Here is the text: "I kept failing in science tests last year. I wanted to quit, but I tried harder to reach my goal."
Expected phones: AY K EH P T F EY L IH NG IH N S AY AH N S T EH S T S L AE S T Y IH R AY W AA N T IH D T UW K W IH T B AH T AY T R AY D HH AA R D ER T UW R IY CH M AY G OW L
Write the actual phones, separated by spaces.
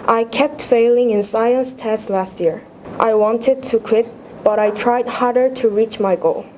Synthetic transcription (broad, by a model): AY K EH P T F EY L IH NG IH N S AY AH N S T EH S S L AE S T Y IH R AY W AA N T IH D T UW K W IH T B AH T AY T R AY D HH AA R D ER T UW R IY CH M AY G OW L